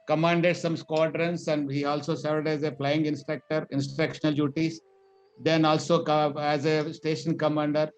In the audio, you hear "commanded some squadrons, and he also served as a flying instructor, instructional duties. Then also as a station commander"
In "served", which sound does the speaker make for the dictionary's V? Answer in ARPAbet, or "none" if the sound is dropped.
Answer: none